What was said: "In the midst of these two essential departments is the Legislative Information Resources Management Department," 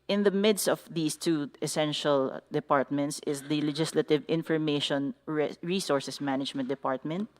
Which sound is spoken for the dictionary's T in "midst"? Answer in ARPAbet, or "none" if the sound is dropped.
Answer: T